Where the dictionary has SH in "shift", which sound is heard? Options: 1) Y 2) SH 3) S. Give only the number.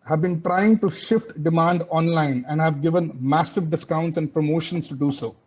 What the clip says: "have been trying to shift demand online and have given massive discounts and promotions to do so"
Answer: 2